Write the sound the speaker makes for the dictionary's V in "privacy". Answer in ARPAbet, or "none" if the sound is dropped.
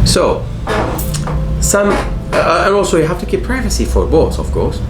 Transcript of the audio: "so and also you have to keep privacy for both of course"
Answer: V